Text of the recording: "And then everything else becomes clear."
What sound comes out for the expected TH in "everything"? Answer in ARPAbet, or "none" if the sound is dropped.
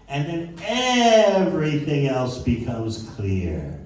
TH